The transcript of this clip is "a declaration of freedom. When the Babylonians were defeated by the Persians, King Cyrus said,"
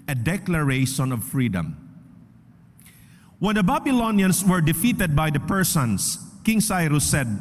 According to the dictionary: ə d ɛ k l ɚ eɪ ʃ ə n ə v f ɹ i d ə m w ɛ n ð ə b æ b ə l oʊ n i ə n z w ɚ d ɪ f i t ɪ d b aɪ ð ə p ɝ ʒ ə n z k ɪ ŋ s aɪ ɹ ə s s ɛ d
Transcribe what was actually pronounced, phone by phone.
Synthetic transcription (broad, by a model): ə d ɛ k l ɚ eɪ ʃ ə n ə v f ɹ i d ə m w ɛ n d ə b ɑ b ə l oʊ n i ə n s w ɚ d ɪ f i t ɪ d b aɪ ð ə p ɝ s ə n s k ɪ ŋ s aɪ ɹ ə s s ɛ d